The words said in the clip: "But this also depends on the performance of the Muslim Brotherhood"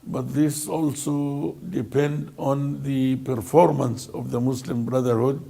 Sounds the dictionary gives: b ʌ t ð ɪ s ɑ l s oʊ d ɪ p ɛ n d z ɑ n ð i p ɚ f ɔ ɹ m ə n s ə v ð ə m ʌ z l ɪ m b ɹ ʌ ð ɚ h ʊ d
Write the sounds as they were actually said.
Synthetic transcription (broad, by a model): b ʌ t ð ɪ s ɑ l s oʊ d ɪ p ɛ n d ɑ n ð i p ɚ f ɔ ɹ m ə n s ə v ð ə m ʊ s l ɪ m b ɹ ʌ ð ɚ h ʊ d